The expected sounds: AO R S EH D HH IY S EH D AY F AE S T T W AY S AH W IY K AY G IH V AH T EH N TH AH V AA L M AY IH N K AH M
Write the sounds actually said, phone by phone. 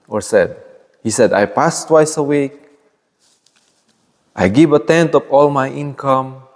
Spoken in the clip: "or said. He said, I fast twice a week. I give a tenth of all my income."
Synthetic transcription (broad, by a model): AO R S EH D HH IY S EH D AY P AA S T T W AY S AH W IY K AY G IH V AH T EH N T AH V AA L M AY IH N K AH M